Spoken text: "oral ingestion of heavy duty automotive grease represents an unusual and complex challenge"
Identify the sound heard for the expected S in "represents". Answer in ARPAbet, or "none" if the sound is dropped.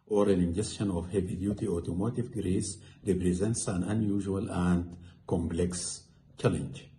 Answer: S